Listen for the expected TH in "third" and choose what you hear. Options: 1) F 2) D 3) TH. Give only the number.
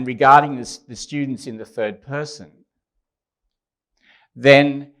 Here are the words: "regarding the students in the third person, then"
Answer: 3